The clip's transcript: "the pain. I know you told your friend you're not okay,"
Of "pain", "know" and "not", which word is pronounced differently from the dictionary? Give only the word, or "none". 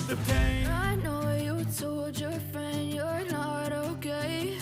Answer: pain